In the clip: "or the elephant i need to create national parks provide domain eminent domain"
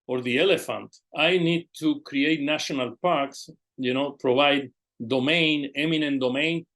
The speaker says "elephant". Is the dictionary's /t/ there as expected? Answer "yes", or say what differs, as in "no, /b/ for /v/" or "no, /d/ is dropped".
yes